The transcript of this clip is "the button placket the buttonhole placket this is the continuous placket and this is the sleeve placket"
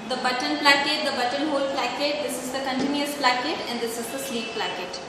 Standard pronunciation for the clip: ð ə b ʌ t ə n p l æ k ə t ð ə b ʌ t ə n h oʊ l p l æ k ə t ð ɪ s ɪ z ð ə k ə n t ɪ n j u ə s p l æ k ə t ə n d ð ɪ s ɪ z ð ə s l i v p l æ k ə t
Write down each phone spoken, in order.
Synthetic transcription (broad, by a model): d ə b ʌ t ə n p l æ k ə t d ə b ʌ t ə n h oʊ l p l æ k ə t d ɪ s ɪ z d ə k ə n t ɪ n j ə s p l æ k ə t ə n d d ɪ s ɪ z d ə s l i p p l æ k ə t